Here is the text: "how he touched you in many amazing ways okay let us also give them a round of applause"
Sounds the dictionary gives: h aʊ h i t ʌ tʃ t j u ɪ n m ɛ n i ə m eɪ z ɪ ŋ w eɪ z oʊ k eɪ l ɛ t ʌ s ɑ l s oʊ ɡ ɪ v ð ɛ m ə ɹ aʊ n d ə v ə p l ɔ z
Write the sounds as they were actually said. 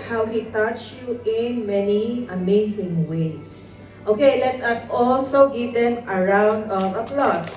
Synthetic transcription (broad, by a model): h aʊ h i t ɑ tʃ j u ɪ n m ɛ n i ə m eɪ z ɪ ŋ w eɪ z oʊ k eɪ l ɛ t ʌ s ɑ l s oʊ ɡ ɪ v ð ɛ m ə ɹ aʊ n d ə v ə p l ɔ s